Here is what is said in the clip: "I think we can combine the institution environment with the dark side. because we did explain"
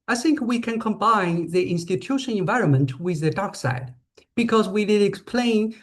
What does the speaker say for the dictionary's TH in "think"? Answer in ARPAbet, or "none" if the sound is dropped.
TH